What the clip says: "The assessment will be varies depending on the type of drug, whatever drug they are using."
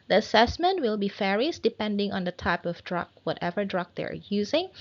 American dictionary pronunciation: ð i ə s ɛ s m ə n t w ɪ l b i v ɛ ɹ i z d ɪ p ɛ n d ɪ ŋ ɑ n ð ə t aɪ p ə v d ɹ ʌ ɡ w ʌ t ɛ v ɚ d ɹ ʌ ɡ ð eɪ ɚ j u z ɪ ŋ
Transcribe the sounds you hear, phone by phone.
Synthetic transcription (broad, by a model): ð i ə s ɛ s m ə n t w ɪ l b i f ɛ ɹ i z d ɪ p ɛ n d ɪ ŋ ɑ n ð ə t aɪ p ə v d ɹ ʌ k w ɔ t ɛ v ɚ d ɹ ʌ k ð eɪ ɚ j u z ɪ ŋ